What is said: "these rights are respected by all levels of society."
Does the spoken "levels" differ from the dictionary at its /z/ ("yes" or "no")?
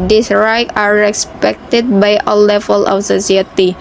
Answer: yes